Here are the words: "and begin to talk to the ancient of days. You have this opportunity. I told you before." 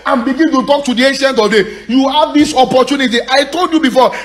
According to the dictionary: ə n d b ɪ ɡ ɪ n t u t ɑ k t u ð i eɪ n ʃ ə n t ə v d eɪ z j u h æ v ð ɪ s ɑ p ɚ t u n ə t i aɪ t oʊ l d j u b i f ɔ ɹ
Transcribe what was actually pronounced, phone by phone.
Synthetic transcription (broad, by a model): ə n b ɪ ɡ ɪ n t u t ɑ k t u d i eɪ n ʃ ə n t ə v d eɪ j u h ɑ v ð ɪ s ɑ p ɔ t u n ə t i aɪ t oʊ l d j u b i f ɔ